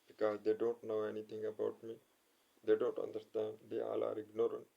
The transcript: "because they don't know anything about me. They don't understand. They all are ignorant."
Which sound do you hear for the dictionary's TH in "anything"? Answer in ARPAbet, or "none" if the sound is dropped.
T